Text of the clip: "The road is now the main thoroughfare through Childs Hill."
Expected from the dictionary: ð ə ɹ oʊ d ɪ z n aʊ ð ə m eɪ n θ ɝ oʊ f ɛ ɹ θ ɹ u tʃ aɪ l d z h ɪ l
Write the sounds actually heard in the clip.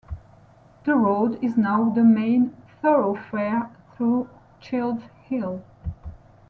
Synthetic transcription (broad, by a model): ð ə ɹ oʊ d ɪ z n aʊ ð ə m eɪ n θ ɝ oʊ f ɛ ɹ θ ɹ u tʃ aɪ l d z h ɪ l